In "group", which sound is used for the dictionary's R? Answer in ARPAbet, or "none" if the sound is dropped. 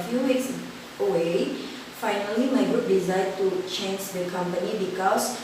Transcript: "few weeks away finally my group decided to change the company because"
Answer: none